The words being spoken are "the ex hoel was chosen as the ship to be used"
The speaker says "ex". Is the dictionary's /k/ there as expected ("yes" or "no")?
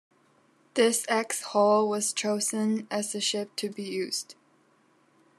yes